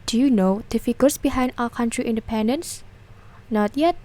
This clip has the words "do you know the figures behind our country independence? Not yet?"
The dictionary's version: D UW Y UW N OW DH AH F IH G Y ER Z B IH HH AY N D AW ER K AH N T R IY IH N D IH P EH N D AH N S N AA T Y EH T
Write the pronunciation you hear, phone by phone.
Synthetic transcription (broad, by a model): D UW Y UW N OW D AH F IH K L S B IH HH AY N D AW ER K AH N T R IY IH N D IH P EH N D AH N S N AA T Y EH T